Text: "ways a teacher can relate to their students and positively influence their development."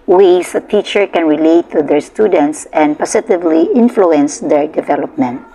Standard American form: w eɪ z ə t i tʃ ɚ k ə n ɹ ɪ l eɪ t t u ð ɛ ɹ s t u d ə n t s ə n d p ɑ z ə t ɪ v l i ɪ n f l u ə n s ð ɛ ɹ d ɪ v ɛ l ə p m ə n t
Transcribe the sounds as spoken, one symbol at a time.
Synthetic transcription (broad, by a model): w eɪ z ə t i tʃ ɚ k ə n ɹ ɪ l eɪ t t u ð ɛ ɹ s t u d ə n t s ə n d p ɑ s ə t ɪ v l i ɪ n f l u ə n s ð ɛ ɹ d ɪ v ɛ l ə p m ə n t